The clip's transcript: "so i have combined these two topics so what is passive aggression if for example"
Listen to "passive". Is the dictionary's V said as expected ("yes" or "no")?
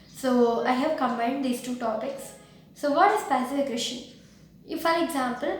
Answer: no